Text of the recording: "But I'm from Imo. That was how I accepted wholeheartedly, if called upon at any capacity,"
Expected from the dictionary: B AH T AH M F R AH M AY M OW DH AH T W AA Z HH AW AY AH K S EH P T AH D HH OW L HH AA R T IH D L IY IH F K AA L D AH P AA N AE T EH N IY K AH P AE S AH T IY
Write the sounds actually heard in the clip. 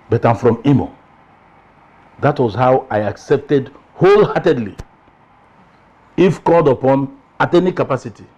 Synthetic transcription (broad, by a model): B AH T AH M F R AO M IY M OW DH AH T W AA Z HH AW AY AH K S EH P T AH D HH OW L HH AA T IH D L IY IH F K AA L D AH P AA N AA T EH N IY K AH P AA S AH T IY